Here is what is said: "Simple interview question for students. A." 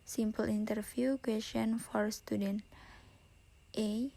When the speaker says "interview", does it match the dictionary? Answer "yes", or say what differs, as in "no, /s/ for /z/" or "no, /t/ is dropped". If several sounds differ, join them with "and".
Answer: no, /f/ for /v/